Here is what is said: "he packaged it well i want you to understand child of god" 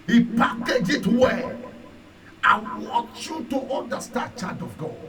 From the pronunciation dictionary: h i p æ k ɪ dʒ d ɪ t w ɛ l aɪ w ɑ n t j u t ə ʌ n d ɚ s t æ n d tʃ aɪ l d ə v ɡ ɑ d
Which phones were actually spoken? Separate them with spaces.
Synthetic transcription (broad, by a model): h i p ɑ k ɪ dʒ ɪ t w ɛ aɪ w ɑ n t j u t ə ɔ n d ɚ s t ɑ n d tʃ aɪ d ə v ɡ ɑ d